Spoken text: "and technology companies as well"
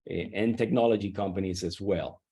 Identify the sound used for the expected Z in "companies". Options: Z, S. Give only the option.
Z